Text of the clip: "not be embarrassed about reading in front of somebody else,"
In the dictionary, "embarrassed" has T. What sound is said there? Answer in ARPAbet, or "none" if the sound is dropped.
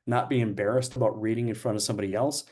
T